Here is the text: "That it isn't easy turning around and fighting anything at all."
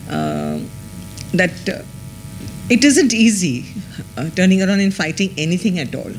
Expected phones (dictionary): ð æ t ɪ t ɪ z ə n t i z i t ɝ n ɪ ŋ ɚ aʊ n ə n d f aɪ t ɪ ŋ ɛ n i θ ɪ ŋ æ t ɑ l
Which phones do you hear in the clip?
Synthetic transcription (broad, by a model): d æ t ɪ t ɪ z ə n t i z i t ɝ n ɪ ŋ ɚ aʊ n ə n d f aɪ t ɪ ŋ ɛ n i t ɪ ŋ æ t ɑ l